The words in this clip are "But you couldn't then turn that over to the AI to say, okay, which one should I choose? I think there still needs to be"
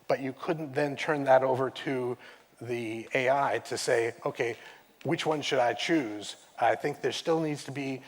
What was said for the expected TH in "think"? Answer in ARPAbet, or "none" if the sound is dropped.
TH